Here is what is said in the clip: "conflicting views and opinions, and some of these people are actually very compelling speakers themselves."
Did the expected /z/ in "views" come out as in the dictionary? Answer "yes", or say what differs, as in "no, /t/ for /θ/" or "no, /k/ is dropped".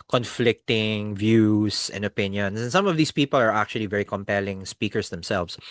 no, /s/ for /z/